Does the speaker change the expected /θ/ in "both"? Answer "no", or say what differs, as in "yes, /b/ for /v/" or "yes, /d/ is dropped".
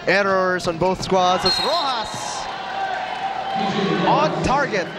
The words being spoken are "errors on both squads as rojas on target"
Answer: no